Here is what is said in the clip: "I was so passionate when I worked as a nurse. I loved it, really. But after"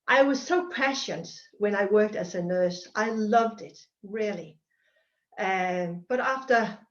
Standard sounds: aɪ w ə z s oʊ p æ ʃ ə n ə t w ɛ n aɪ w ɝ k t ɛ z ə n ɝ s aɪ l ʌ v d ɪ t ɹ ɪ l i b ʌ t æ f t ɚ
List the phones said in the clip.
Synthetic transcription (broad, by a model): aɪ w ə z s oʊ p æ ʃ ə n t w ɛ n aɪ w ɝ k t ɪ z ə n ɝ s aɪ l ʌ v d ɪ t ɹ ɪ l i b ʌ t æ f t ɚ